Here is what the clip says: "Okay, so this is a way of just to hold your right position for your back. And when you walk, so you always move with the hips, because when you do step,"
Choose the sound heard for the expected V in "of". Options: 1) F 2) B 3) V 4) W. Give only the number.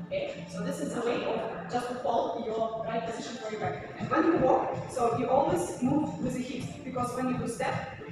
2